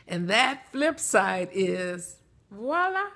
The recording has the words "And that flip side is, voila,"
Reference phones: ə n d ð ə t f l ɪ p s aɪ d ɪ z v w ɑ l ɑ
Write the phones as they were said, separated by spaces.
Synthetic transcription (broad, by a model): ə n ð ə t f l ɪ p s aɪ d ɪ z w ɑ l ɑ